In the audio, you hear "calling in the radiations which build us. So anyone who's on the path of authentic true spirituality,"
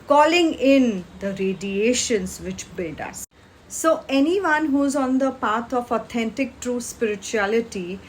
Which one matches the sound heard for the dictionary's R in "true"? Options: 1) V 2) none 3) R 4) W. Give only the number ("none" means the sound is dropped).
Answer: 3